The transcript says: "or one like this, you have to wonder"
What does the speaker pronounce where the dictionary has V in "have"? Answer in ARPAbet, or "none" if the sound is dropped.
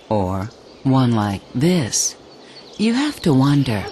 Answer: F